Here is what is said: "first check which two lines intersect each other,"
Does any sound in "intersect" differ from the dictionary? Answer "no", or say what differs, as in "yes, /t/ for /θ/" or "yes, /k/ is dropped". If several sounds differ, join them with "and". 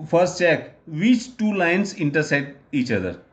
yes, /k/ is dropped